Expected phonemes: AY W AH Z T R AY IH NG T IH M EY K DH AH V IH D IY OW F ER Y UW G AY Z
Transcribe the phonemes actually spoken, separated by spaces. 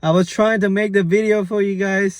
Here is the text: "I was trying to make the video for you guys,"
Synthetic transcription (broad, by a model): AY W AH Z T R AY IH NG T IH M EY K DH AH V IH D IY OW F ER Y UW G AY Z